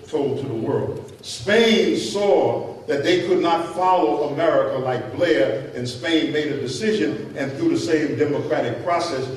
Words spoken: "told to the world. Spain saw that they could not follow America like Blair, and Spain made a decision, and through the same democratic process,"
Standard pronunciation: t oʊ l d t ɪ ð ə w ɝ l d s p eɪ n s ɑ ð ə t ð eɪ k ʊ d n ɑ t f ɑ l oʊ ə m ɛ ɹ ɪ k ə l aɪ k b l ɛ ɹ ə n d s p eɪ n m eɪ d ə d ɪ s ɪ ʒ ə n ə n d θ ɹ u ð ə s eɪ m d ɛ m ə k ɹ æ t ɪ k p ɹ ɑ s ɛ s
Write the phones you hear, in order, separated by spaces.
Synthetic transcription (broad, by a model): t oʊ l d t ɪ ð ə w ɝ l d s p eɪ n s ɑ ð ə t ð eɪ k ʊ d n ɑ t f ɑ l oʊ ə m ɛ ɹ ɪ k ə l aɪ k b l ɛ ɹ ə n s p eɪ n m eɪ d ə d ɪ s ɪ ʒ ə n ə n θ ɹ u ð ə s eɪ m d ɛ m ə k ɹ æ t ɪ k p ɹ ɑ s ɛ s